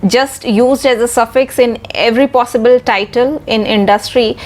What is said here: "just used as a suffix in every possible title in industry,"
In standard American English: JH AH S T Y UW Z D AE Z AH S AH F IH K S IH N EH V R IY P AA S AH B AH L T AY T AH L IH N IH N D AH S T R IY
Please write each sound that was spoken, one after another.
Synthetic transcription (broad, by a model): JH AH S T Y UW Z D AE Z AH S AH F IH K S IH N EH V R IY P AA S AH B AH L T AY T AH L IH N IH N D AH S T R IY